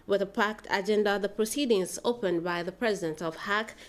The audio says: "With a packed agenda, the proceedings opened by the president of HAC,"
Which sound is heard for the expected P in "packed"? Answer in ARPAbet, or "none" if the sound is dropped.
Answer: P